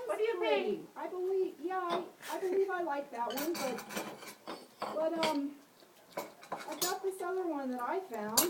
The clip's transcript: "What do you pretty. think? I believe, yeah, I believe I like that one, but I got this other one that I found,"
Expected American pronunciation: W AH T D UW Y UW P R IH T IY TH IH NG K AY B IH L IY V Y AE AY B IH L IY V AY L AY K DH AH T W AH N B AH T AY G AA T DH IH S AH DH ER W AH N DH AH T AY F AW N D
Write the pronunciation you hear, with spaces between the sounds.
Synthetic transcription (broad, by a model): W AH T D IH Y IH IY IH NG AY B IH L IY V Y AE AY B IH L IY V AY L AY K DH AH T W AH N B AH T AY G AA T DH IH S AH DH ER W AH N DH AH T AY F AW N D